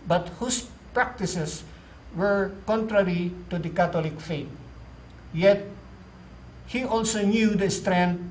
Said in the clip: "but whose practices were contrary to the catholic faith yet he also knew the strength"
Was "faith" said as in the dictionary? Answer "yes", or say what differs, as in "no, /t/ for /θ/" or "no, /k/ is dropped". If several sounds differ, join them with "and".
no, /t/ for /θ/